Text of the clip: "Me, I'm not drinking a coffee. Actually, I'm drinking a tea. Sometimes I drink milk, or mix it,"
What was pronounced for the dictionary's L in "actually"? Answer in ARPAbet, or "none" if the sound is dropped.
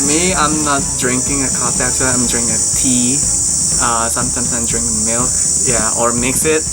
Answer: none